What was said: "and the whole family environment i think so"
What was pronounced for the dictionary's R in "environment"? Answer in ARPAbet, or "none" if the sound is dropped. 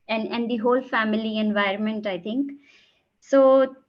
R